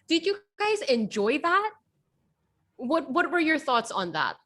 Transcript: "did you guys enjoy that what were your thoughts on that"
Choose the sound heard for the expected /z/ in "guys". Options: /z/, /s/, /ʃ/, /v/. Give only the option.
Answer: /z/